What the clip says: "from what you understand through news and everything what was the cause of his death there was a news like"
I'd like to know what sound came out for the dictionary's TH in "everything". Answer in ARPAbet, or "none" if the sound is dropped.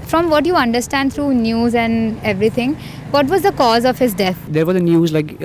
T